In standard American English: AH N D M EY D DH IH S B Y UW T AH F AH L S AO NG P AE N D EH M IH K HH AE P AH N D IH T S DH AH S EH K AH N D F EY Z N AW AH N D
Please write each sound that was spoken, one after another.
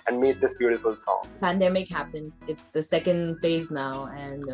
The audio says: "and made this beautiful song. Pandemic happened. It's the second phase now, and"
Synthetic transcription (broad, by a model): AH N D M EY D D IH S B Y UW T AH F AH L S AO NG P AE N D EH M IH K HH AE P AH N D IH T S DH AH S EH K AH N D F EY Z N AW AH N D